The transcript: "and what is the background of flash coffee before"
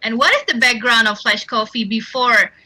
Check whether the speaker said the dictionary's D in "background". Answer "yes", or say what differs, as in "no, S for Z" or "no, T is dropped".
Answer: yes